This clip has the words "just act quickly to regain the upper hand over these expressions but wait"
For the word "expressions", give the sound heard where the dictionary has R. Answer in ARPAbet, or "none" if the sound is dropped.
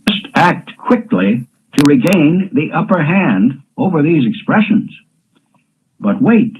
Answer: R